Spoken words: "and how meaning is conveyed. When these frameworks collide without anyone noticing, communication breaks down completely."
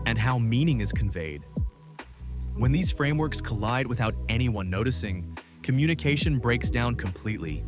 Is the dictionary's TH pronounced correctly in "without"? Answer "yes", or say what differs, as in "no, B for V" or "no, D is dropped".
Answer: yes